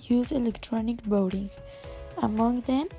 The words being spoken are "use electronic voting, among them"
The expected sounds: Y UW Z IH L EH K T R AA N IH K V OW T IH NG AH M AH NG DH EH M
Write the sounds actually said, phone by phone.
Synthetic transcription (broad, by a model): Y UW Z IH L EH K T R AA N IH K B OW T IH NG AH M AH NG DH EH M